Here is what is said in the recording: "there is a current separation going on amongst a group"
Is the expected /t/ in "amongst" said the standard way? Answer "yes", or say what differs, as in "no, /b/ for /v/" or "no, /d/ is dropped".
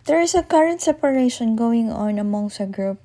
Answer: no, /t/ is dropped